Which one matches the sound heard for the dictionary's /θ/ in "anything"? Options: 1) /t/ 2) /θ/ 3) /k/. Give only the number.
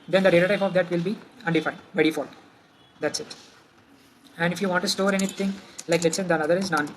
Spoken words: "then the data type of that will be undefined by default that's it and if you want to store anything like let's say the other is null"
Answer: 1